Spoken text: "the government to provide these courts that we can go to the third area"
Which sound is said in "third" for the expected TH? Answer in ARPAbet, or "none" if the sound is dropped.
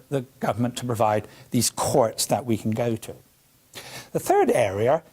TH